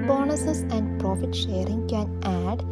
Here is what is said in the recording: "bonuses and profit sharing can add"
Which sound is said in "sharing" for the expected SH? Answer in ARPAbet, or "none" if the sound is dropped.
SH